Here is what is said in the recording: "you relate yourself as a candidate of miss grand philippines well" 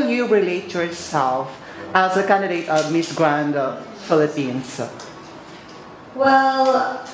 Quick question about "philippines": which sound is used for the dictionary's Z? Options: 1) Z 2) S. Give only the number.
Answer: 2